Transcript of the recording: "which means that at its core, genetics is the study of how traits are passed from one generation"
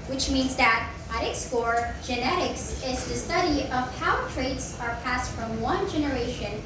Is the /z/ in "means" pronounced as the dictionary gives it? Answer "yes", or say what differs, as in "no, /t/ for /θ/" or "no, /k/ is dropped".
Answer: yes